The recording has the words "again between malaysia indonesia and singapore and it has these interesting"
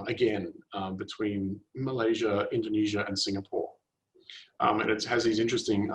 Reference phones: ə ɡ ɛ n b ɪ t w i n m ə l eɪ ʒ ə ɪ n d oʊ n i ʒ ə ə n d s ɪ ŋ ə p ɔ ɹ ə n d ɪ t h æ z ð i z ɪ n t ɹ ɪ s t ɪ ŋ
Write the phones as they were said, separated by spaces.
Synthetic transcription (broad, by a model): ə ɡ ɛ n b ɪ t w i n m ə l eɪ ʒ ə ɪ n d oʊ n i ʒ ə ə n s ɪ ŋ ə p ɔ ɹ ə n ɪ t h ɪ z ð i z ɪ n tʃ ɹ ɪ s t ɪ ŋ